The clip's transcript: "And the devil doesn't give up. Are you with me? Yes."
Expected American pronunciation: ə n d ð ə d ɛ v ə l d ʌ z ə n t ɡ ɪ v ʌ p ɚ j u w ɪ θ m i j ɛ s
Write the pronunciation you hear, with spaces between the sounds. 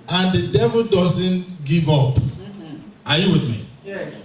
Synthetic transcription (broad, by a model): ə n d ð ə d ɛ v ə l d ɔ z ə n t ɡ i v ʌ p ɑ j u w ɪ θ m i